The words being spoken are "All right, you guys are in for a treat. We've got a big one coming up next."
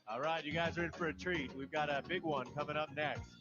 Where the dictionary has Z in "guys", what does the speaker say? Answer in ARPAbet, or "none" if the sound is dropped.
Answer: Z